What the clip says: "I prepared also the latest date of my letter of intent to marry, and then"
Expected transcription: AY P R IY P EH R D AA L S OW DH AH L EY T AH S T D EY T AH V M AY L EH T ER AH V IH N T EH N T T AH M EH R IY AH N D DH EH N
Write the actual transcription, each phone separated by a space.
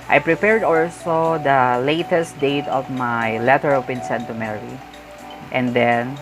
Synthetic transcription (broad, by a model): AY P R IY P EH R D AA L S OW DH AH L EY T AH S T D EY T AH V M AY L EH T ER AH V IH N S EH N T T AH M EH R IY AH N D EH N